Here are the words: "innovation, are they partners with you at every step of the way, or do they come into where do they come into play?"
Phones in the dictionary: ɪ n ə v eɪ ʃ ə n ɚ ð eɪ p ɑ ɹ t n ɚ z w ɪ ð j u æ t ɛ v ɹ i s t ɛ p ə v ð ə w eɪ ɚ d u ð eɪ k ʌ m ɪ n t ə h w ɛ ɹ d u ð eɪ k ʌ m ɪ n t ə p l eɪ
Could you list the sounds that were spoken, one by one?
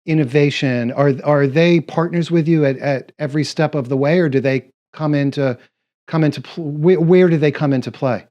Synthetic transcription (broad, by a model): ɪ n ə v eɪ ʃ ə n ɚ ð eɪ p ɑ ɹ t n ɚ z w ɪ ð j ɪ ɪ t ɛ v ɹ i s t ɛ p ə v ð ə w eɪ ɚ d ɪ ð eɪ k ʌ m ɪ n t ə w w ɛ ɹ d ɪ ð eɪ k ʌ m ɪ n t ə p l eɪ